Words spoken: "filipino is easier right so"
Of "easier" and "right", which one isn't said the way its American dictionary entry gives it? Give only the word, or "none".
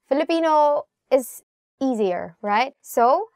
none